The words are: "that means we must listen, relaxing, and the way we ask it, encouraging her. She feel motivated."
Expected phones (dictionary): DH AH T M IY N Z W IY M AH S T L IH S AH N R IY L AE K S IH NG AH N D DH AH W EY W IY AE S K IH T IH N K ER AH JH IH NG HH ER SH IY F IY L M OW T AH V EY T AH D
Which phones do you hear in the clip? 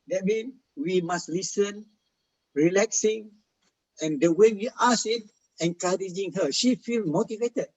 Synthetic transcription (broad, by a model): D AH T M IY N W IY M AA S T L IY S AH N R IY L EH K S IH NG AH N D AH W EY W IY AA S IH T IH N K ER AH JH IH NG HH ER SH IY F IY L M OW T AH V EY T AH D